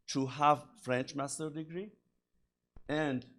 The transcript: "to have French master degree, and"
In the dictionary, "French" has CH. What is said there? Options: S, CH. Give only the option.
CH